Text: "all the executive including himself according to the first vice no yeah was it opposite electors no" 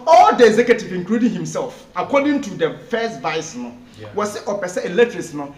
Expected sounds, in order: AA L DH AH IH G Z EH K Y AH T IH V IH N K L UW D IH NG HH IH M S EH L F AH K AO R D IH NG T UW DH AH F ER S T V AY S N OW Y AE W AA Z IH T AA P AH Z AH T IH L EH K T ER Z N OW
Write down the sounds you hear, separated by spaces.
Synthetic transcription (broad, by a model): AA L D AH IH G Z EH K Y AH T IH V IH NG K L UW D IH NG HH IH M S EH L F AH K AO D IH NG T UW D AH F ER S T V AY S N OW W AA S IH T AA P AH S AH IH L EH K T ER S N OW